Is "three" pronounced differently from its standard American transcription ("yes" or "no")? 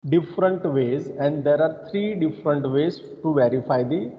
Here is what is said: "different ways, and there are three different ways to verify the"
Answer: yes